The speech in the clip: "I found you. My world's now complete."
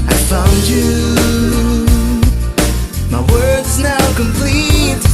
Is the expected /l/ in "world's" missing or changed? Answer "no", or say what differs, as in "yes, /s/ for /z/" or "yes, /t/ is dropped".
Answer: yes, /l/ is dropped